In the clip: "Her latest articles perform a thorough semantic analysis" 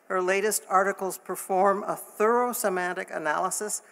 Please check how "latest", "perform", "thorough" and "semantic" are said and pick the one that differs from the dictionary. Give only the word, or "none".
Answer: none